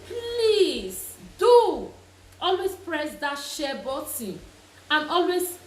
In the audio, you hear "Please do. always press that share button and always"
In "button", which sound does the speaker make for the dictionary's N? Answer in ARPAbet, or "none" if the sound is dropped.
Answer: none